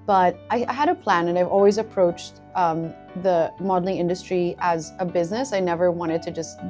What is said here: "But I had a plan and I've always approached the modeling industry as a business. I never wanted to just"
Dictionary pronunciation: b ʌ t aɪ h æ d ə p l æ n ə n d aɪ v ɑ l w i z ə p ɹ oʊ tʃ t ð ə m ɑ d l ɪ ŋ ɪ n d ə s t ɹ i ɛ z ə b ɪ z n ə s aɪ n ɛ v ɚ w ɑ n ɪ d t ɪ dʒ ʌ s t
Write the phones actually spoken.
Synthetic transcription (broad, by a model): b ʌ t aɪ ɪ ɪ d ə p l æ n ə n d aɪ v ɑ l w i z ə p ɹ oʊ tʃ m ð ə m ɑ d l ɪ ŋ ɪ n d ə s t ɹ i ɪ z ə b ɪ z n ə s aɪ n ɛ v ɚ w ɑ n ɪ d t ɪ dʒ ʌ s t